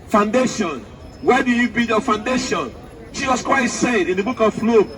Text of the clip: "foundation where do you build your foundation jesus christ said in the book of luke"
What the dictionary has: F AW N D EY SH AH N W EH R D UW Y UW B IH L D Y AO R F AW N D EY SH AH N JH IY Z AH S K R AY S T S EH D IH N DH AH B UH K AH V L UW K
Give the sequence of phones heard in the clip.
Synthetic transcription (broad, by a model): F AW N D EY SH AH N W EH D UW Y UW B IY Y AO F AW N D EY SH AH N SH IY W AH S K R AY T S EH D IH N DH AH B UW K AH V L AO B